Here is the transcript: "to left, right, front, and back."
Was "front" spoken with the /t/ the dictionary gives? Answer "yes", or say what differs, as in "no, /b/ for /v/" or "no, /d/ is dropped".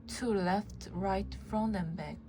no, /t/ is dropped